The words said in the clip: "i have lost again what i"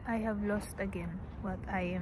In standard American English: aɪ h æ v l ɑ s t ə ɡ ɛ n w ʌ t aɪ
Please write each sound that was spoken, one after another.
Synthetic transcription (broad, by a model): aɪ h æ v l ɑ s t ə ɡ ɛ n w ʌ t aɪ